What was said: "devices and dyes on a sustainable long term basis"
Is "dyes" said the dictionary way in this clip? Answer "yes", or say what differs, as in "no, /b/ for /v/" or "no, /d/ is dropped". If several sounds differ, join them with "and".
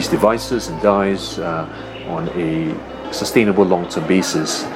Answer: yes